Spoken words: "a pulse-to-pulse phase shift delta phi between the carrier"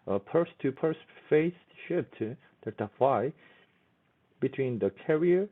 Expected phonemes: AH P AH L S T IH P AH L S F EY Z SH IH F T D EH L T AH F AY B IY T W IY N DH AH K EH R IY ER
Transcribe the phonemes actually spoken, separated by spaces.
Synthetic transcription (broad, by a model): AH P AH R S T IH P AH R S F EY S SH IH P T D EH T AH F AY B IY T W IY N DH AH K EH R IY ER